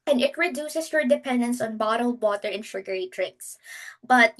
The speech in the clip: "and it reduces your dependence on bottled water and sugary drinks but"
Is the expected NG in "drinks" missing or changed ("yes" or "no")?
yes